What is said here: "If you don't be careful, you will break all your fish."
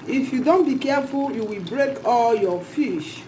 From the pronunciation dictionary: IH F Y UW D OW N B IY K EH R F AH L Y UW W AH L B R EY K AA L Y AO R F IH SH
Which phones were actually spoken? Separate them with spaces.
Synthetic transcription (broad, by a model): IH F Y UW D OW N B IY K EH F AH L Y UW W AH L B R EY K AA L Y AO F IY SH